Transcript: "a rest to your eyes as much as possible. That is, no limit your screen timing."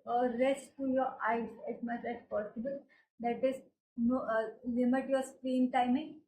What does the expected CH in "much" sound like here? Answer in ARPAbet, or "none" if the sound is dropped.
S